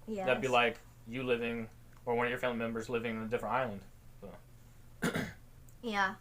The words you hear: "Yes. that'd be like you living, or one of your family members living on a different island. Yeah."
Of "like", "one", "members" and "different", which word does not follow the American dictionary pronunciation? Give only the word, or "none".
none